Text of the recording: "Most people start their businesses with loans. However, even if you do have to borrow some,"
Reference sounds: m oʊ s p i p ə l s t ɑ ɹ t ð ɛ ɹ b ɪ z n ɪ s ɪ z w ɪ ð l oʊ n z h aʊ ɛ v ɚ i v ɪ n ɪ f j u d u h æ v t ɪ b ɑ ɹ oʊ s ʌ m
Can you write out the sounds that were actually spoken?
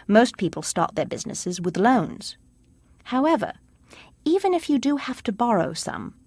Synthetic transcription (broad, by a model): m oʊ s p i p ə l s t ɑ ɹ t ð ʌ ɹ b ɪ z n ɪ s ɪ z w ɪ ð l oʊ n z h aʊ ɛ v ɚ i v ɪ n ɪ f j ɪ d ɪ h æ f t ɪ b ɑ ɹ oʊ s ʌ m